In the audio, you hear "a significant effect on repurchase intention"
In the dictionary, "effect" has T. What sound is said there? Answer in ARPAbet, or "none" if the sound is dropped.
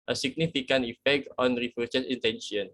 T